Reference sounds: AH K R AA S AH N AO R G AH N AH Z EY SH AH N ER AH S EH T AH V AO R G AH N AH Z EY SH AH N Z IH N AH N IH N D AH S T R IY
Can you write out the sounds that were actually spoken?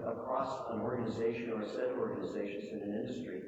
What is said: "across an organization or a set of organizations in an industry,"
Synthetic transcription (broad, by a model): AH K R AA S AH N AO R G AH N AH Z EY SH AH N ER S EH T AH AO R G AH N AH Z EY SH AH N Z IH N AH N IH N D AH S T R IY